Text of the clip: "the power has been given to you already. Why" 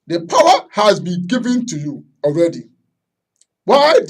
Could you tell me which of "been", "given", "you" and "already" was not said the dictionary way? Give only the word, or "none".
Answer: none